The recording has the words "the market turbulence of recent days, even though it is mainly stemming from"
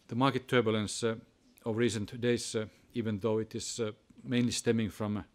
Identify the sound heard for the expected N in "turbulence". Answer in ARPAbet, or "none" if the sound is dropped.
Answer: N